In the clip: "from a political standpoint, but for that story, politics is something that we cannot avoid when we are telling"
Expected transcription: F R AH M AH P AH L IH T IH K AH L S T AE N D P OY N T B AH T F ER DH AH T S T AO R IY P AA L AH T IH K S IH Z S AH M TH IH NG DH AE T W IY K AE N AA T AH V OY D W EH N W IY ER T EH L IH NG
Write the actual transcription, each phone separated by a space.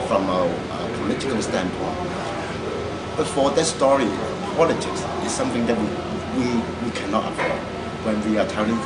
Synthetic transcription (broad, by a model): F R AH M AH P AH L IH T IH K AH L S T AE N P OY N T B AH T F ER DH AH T S T AO R IY P AA L AH T IH K S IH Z S AH M TH IH NG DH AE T W IY K AE N AA T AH P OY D W EH N W IY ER T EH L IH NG